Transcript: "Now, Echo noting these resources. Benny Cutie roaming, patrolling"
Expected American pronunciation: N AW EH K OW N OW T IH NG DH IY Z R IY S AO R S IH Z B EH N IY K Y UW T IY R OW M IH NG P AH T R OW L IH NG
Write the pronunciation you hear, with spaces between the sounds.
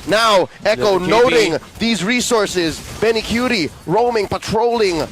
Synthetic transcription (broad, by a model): N AW EH K OW N OW T IH NG DH IY Z R IY S AO R S IH Z B EH N IY K Y UW T IY R OW M IH NG P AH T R OW L IH NG